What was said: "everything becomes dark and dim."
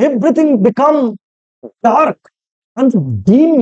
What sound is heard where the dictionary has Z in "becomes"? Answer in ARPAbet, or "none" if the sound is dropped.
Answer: none